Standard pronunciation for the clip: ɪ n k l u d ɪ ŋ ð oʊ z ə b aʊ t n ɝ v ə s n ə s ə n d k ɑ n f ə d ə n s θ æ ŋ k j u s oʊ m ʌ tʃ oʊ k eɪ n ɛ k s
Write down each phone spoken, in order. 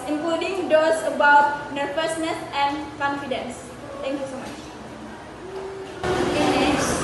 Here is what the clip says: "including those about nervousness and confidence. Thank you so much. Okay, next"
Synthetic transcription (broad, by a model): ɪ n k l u d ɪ ŋ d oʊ s ə b aʊ t n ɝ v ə s n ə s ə n k ɑ n f ə d ə n s t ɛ ŋ k j u s oʊ m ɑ tʃ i eɪ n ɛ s